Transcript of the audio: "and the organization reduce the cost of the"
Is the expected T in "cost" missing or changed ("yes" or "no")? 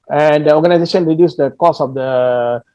yes